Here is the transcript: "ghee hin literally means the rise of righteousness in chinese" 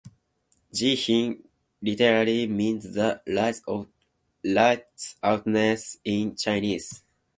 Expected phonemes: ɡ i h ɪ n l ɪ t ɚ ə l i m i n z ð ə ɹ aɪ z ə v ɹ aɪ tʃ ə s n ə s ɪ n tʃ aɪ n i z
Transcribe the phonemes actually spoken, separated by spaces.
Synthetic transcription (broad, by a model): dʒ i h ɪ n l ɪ t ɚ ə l i m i n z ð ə l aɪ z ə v l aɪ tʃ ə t n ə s ɪ n tʃ aɪ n i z